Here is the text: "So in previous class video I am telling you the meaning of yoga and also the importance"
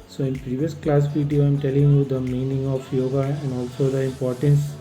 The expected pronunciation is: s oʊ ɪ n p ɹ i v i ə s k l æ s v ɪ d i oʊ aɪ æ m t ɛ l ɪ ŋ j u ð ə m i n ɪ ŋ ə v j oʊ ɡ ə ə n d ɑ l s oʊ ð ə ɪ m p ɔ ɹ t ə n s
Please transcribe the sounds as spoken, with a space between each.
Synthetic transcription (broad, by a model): s oʊ ɪ n p ɹ i v i ə s k l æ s p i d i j aɪ m t ɛ l ɪ ŋ j u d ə m i n ɪ ŋ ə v j oʊ ɡ ə ə n d ɑ l s oʊ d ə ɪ m p ɔ ɹ t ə n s